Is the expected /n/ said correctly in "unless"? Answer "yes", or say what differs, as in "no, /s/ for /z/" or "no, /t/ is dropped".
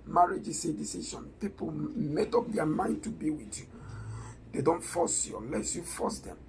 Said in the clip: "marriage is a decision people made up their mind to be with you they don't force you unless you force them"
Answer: no, /n/ is dropped